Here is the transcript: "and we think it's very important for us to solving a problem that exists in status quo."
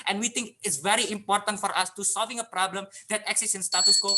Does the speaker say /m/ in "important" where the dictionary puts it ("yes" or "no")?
yes